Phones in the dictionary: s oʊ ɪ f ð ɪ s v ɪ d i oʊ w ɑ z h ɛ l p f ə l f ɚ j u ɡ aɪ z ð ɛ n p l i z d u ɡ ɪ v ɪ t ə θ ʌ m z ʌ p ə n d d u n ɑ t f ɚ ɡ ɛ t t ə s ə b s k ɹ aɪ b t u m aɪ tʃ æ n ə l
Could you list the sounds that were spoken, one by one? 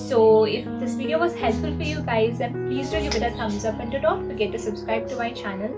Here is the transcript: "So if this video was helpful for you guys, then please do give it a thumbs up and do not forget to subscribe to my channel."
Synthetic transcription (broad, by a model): s oʊ ɪ f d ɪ s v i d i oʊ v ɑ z h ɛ l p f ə l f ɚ j u ɡ aɪ z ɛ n p l i z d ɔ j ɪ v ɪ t ə t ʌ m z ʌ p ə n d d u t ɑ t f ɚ ɡ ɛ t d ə s ə b s k ɹ aɪ b t u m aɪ tʃ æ n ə l